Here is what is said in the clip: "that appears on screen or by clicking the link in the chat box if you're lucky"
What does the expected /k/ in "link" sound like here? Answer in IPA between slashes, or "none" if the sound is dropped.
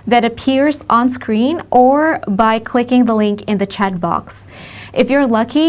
/k/